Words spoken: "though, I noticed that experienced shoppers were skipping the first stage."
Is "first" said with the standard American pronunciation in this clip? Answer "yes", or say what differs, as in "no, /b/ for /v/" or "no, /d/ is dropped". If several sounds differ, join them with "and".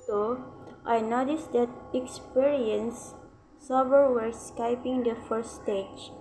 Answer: no, /s/ is dropped